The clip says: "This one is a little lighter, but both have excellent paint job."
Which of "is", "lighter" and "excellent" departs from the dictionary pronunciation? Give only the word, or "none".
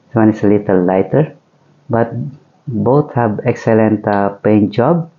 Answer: is